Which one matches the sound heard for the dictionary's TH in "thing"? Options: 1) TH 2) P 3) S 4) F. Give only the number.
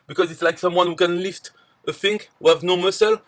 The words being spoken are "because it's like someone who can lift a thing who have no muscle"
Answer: 4